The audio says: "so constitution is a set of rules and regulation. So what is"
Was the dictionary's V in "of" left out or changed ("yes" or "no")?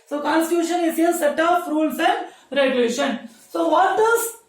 yes